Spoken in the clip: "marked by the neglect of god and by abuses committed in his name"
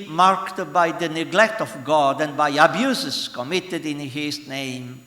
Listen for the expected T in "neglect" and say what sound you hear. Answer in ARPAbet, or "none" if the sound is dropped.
T